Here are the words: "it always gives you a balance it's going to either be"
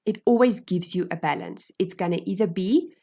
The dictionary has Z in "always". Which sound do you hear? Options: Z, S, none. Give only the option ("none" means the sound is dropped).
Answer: Z